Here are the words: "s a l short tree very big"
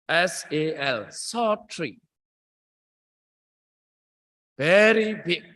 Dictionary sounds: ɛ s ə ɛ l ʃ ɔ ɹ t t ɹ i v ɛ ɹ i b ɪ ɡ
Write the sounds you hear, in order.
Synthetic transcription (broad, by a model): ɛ s ə ɛ l s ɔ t t ɹ i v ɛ ɹ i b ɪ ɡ